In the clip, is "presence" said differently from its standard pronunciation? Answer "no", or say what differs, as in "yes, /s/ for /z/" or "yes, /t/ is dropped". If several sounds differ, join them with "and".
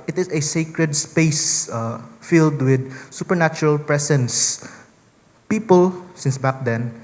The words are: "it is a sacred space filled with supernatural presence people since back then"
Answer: yes, /s/ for /z/